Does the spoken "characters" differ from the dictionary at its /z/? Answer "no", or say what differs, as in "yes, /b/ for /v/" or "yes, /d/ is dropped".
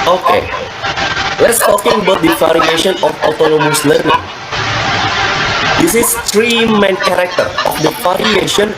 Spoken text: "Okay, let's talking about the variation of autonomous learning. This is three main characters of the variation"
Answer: yes, /z/ is dropped